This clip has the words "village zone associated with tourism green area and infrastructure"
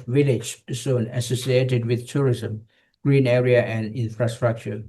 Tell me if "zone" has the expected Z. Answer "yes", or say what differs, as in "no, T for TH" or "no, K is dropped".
no, S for Z